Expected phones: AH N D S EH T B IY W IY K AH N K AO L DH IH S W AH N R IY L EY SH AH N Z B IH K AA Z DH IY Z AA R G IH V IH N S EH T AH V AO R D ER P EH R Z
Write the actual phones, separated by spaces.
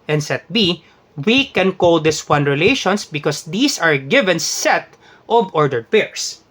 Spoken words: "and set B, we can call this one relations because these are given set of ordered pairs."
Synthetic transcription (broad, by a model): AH N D S EH T B IY W IY K AH N K AO L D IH S W AH N R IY L EY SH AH N S B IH K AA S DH IY S AA R G IH V IH N S EH T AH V AO R D ER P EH R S